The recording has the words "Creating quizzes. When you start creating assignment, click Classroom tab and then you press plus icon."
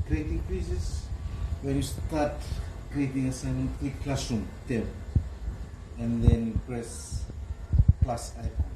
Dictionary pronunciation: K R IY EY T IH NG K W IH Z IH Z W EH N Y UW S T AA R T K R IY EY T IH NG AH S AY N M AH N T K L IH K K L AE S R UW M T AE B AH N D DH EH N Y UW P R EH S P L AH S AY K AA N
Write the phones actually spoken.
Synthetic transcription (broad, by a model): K R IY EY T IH NG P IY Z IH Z W EH N Y UW S T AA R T K R IY EY T IH NG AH S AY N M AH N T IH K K L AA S UW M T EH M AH N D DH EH N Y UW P R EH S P L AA S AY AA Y